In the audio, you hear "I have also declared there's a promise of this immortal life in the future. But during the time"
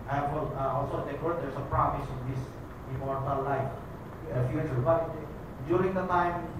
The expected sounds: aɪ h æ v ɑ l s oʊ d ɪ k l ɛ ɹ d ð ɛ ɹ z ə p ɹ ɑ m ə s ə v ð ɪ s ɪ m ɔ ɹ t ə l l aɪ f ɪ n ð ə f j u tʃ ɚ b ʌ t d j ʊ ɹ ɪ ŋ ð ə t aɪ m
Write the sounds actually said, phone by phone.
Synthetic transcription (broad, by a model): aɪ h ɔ ɑ l s oʊ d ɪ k ɔ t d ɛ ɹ s ə p ɹ ɑ m ə s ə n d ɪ s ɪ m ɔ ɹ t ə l l aɪ f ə f j u tʃ ɚ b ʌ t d j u ɹ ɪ ŋ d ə t aɪ m